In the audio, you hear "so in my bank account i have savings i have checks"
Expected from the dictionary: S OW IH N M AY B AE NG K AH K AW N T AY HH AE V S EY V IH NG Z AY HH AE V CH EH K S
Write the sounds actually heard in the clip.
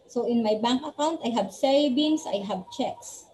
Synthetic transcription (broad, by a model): S OW IH N M AY B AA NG K AH K AW N T AY HH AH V S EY B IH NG S AY HH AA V CH EH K S